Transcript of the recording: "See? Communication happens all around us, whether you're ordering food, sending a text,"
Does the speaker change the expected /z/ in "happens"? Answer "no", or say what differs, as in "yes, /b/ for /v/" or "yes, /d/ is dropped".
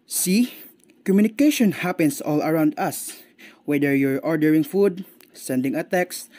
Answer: yes, /s/ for /z/